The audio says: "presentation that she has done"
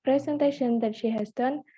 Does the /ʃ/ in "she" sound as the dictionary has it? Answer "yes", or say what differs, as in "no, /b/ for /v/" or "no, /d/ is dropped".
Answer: yes